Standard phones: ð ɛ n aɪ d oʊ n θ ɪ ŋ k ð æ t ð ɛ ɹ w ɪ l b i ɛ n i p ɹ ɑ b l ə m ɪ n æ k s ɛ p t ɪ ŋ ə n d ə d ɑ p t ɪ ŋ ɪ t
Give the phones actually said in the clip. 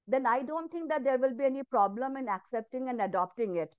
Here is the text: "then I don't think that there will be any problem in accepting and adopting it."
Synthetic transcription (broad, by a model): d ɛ n aɪ d oʊ n t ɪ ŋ k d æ t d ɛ ɹ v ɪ l b i ɛ n i p ɹ ɑ b l ə m ɪ n æ k s ɛ p t ɪ ŋ ə n d ə d ɑ p t ɪ ŋ ɪ t